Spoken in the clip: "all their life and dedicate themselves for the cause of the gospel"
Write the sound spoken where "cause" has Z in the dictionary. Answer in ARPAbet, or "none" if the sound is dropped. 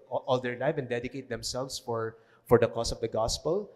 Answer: S